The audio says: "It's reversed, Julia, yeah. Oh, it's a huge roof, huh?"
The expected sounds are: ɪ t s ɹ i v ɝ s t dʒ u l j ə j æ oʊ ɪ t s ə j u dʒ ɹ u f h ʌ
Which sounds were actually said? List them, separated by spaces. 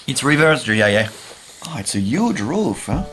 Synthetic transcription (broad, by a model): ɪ t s ɹ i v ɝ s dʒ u j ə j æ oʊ ɪ t s ə j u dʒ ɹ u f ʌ